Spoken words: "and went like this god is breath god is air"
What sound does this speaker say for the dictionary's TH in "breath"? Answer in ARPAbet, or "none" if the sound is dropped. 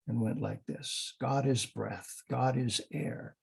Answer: TH